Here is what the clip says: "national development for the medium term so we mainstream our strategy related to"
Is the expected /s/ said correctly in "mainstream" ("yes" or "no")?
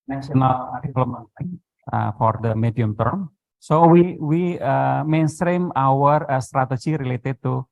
yes